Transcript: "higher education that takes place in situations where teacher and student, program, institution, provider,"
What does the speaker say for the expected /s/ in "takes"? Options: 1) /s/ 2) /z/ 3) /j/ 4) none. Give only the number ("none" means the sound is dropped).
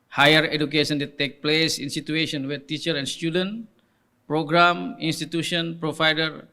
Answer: 4